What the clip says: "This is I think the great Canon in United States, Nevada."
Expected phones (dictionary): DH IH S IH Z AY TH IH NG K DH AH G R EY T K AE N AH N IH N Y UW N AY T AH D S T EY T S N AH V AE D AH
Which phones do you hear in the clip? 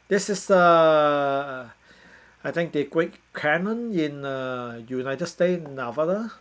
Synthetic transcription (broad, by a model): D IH S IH S AY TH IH NG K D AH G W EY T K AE N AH N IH N Y UW N AY T AH D S T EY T N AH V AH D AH